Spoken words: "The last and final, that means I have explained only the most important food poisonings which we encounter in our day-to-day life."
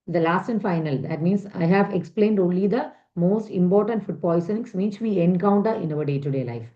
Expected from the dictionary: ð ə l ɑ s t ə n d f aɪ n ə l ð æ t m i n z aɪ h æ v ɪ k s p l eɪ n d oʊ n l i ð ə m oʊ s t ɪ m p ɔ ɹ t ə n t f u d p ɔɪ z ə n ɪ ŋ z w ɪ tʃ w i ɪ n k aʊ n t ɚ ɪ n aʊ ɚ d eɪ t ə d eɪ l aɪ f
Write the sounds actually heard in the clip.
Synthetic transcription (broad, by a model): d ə l ɑ s t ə n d f aɪ n ə l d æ t m i n s aɪ h æ v ɪ k s p l eɪ n d oʊ n l i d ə m oʊ s t ɪ m p ɔ ɹ t ə n t f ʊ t p ɔɪ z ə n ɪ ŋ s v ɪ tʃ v i ɪ n k aʊ n t ɚ ɪ n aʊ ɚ d eɪ t ə d eɪ l aɪ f